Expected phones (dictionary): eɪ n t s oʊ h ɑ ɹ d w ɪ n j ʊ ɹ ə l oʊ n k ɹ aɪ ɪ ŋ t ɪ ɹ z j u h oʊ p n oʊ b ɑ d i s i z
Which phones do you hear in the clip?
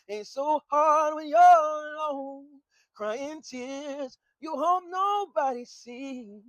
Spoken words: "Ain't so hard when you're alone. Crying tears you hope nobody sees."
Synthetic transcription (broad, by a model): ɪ n s oʊ h ɑ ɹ d w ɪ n j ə n oʊ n k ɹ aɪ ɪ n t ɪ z j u h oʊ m n oʊ b ɑ d i s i